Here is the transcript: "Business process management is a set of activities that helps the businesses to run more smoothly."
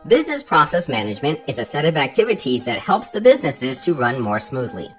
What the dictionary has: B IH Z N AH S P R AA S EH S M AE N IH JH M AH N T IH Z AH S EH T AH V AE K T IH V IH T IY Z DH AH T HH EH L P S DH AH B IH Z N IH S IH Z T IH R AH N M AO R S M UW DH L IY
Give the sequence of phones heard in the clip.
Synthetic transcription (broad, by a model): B IH Z N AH S P R AA S EH S M AE N IH JH M AH N T IH Z AH S EH T AH V AE K T IH V IH T IY Z DH AH T HH EH L P S DH AH B IH Z N IH S IH Z T IH R AH N M AO R S M UW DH L IY